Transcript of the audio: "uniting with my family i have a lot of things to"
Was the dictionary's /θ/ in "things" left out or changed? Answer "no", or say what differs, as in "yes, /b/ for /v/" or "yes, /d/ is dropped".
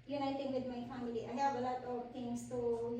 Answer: yes, /t/ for /θ/